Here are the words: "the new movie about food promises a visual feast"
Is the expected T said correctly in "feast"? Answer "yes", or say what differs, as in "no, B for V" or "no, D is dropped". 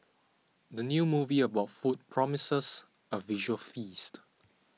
yes